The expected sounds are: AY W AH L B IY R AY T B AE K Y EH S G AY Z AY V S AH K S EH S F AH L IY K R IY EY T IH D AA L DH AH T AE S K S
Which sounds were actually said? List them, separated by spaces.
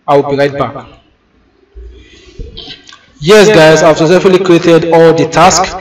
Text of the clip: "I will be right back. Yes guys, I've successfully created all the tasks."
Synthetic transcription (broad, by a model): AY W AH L B IY R AY T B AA K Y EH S G AY Z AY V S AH S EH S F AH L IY K R IY EY T IH D AA L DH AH T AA S K